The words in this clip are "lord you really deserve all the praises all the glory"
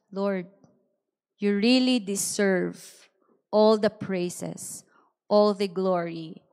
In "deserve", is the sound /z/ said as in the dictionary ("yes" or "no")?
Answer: no